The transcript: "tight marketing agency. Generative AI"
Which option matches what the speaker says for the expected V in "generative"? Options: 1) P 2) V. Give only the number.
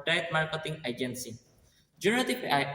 1